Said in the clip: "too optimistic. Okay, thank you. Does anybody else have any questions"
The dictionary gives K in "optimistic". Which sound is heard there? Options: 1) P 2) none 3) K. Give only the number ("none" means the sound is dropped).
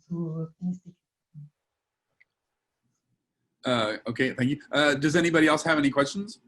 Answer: 2